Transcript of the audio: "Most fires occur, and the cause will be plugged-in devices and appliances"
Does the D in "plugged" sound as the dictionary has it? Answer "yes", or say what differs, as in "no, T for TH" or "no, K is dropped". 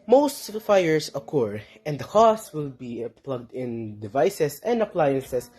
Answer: yes